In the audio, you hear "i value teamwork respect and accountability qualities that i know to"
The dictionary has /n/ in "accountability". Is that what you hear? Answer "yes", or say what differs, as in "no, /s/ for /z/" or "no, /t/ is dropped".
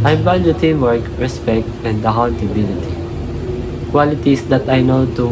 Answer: no, /l/ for /n/